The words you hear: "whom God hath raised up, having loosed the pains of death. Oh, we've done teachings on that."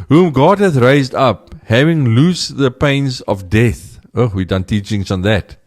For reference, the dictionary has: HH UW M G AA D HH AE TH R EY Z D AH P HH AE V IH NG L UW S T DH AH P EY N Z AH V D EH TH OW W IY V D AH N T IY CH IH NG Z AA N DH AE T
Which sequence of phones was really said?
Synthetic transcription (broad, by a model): HH UW M G AA D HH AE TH R EY Z D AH P HH AE V IH NG L UW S DH AH P EY N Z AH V D EH TH OW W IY D AH N T IY CH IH NG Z AA N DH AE T